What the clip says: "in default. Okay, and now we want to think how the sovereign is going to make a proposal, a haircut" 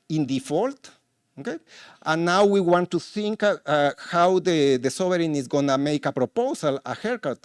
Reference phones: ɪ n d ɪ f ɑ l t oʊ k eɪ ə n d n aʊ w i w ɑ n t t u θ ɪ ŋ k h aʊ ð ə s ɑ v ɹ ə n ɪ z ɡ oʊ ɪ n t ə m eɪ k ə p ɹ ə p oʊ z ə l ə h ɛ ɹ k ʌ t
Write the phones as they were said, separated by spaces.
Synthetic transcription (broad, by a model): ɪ n d ɪ f ɑ l t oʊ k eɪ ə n n aʊ w i w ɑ n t t u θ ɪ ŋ k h aʊ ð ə s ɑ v ɹ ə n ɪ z ɡ oʊ n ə m eɪ k ə p ɹ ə p oʊ s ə l ə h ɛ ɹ k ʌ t